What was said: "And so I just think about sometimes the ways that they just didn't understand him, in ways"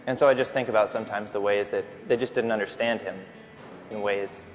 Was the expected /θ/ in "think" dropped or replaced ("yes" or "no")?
no